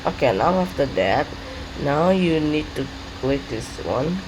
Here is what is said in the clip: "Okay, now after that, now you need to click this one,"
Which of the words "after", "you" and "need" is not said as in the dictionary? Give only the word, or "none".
none